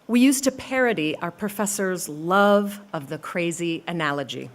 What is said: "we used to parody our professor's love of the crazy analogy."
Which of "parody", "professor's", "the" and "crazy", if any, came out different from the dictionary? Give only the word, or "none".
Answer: none